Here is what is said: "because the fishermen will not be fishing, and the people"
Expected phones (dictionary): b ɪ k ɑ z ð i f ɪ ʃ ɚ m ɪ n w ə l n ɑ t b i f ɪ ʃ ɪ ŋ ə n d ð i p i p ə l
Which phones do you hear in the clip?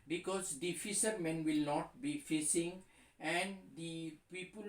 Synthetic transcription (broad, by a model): b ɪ k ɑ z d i f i s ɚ m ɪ n w ə l n ɑ t b i f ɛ s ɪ ŋ ə n d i p i p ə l